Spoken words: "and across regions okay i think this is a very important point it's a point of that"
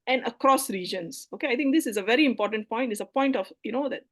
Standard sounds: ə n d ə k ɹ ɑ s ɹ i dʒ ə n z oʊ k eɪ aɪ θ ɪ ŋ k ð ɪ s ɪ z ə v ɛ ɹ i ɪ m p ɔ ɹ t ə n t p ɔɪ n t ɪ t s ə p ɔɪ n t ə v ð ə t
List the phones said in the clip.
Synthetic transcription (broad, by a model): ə n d ə k ɹ ɑ s ɹ i dʒ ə n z oʊ k eɪ aɪ t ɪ ŋ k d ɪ s ɪ z ə v ɛ ɹ i ɪ m p ɔ ɹ t ə n t p ɔɪ n t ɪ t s ə p ɔɪ n t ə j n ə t